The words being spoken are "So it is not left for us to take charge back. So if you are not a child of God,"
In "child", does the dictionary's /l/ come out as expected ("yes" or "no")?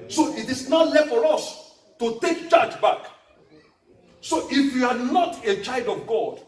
yes